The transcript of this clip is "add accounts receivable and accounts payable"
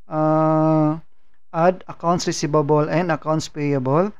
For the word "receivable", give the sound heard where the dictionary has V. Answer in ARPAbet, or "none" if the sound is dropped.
B